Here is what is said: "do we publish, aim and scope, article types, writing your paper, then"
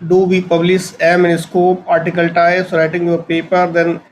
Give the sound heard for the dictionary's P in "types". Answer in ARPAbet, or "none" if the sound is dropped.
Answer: none